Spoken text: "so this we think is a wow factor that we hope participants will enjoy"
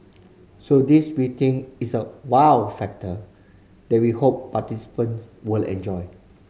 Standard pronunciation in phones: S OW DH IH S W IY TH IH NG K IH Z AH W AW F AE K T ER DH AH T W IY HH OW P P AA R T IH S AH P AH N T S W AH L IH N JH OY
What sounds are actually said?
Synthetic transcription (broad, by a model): S OW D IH S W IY T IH NG IH S AH W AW F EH K T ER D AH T W IY HH OW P P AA T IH S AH P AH N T S W AH L IH N JH OY